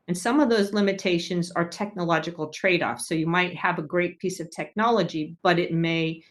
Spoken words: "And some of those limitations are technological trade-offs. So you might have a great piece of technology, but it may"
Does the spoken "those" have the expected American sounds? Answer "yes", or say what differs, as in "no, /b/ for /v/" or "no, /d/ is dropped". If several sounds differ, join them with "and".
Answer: yes